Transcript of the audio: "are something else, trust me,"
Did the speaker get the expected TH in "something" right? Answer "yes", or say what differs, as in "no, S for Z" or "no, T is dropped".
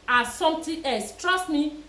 no, T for TH